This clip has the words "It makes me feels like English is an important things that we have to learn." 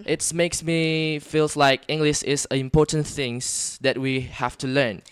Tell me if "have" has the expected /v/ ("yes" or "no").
no